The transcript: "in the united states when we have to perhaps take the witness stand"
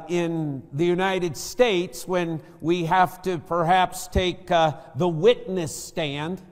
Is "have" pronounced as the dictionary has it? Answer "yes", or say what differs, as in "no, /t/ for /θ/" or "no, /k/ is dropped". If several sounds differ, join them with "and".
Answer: no, /f/ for /v/